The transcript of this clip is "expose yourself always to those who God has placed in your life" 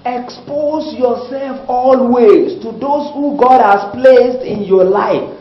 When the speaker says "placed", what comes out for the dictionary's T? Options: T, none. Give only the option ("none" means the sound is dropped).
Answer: T